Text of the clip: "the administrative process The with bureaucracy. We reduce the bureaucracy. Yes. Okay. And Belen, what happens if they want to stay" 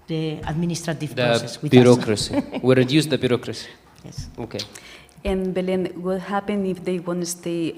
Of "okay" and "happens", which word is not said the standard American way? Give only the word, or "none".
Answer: happens